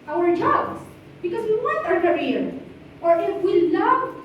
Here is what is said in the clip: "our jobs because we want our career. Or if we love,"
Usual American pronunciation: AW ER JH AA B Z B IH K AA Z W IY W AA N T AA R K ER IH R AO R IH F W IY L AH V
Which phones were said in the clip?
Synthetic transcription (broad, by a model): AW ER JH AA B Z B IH K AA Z W IY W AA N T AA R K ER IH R AO R IH F W IY L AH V